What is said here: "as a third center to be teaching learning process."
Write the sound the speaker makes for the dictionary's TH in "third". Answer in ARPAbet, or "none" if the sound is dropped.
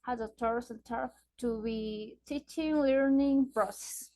T